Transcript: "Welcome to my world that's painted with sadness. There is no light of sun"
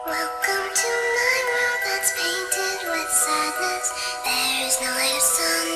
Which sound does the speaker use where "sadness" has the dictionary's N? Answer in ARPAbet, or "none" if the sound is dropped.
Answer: L